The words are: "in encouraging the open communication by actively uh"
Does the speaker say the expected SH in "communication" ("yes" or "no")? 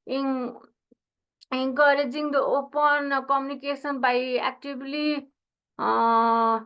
no